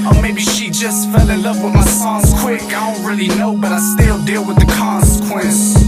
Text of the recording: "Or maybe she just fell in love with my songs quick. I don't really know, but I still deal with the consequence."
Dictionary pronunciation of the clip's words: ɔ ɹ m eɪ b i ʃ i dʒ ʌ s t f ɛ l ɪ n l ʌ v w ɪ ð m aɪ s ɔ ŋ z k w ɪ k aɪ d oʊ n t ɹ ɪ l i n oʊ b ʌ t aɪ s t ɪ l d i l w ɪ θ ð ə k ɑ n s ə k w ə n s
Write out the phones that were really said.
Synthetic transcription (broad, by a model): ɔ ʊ m eɪ b i ʃ i dʒ ʌ s t f ɛ l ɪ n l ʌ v w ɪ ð m aɪ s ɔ z k w ɪ k aɪ d oʊ n t ɹ ɪ l i n oʊ b ʌ t aɪ s t ɪ l d i l w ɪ ð ə k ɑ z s k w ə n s